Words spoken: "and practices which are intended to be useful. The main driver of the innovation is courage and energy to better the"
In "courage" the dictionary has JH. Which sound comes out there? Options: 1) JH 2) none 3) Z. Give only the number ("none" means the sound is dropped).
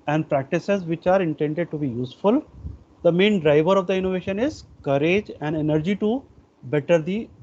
1